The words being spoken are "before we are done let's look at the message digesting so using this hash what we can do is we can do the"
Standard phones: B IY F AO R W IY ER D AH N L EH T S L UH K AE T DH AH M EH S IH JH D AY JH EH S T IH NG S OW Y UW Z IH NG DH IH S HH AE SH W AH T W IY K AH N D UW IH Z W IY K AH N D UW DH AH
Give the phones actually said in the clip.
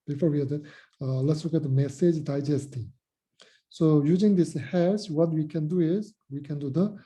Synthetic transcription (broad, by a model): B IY F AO R W IY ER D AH L EH T S L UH K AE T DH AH M EH S IH JH D AY JH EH S T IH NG S OW Y UW Z IH NG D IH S HH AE S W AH T W IY K AH N D UW IH Z W IY K AH N D UW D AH